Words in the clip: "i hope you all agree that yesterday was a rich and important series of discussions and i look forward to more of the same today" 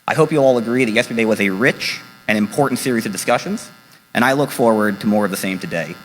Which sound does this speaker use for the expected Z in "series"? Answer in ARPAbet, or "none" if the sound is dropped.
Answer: Z